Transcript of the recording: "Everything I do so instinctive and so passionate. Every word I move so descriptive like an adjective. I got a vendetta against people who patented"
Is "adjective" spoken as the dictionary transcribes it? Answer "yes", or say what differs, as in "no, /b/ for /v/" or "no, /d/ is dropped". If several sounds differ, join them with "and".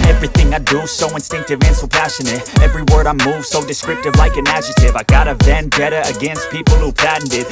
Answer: no, /k/ is dropped